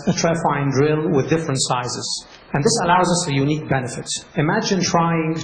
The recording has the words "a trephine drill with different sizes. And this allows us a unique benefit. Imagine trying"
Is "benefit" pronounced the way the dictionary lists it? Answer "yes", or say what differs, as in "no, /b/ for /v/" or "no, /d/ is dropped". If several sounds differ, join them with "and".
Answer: yes